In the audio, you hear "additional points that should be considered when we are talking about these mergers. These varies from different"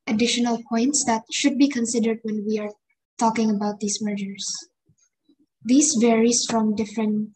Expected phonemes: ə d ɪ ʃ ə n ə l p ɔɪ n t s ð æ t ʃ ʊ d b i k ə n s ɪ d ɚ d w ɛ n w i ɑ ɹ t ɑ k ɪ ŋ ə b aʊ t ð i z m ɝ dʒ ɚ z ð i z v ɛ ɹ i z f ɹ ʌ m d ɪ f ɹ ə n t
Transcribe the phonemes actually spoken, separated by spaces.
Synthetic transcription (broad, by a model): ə d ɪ ʃ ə n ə l p ɔɪ n t s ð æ t ʃ ʊ d b i k ə n s ɪ d ɚ d w ɛ n w i ɑ ɹ t ɑ k ɪ ŋ ə b aʊ t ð i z m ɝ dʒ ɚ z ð i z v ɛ ɹ i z f ɹ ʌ m d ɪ f ɹ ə n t